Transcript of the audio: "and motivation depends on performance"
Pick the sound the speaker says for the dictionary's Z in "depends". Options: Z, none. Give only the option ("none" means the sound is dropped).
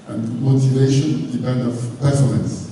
none